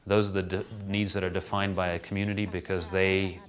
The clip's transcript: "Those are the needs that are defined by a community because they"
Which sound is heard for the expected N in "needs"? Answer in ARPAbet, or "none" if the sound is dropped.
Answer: N